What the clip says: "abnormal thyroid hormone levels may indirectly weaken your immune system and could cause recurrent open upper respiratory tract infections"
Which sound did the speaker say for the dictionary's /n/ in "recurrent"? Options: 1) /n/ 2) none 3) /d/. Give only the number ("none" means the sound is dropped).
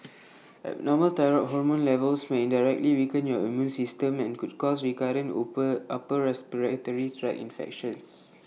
2